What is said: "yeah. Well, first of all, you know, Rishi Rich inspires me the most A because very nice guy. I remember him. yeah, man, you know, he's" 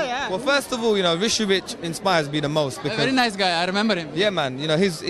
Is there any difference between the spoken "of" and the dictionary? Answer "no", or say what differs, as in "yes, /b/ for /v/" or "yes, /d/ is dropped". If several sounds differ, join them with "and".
no